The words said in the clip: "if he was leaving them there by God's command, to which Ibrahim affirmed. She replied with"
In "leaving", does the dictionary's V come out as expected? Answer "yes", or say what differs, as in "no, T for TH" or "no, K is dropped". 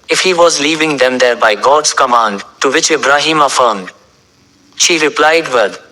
yes